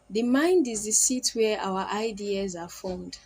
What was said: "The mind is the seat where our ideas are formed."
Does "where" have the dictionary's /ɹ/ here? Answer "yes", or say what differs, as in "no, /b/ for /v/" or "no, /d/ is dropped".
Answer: no, /w/ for /ɹ/